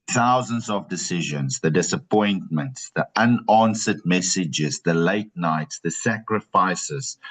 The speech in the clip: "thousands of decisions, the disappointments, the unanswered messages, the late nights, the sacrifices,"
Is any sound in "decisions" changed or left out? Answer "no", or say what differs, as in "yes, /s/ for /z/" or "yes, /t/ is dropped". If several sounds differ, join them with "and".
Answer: no